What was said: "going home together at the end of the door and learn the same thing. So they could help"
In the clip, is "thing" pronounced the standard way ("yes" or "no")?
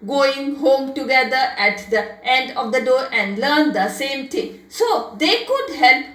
no